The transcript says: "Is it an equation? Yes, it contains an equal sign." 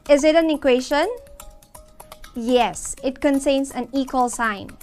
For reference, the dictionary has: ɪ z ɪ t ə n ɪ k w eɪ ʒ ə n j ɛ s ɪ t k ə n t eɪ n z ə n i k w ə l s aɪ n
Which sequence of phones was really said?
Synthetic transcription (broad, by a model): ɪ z ɪ t ə n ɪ k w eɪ ʃ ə n j ɛ s ɪ t k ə n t eɪ n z ə n i k w ə l s aɪ n